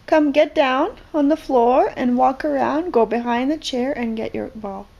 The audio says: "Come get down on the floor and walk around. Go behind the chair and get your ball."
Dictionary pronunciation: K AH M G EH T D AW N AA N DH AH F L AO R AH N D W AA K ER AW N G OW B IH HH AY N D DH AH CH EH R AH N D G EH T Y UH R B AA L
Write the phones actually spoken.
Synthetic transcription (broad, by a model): K AH M G EH T D AW N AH N DH AH F L AO R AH N W AA K ER AW N G OW B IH HH AY N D DH AH CH EH R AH N G EH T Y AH R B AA L